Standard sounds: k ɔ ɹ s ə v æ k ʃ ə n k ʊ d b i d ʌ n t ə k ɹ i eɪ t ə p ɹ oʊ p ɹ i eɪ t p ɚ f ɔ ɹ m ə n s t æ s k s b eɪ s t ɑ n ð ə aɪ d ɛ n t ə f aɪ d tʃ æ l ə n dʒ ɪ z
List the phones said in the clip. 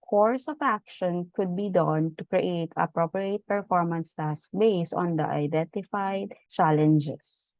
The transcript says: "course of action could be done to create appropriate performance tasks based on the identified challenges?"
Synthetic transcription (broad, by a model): k ɔ ɹ s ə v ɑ k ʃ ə n k ʊ d b i d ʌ n t ə k ɹ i eɪ t ə p ɹ oʊ p ɹ i eɪ t p ɚ f ɔ ɹ m ə n s t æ s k b eɪ s ɑ n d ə aɪ d ɛ n t ə f aɪ d tʃ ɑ l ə n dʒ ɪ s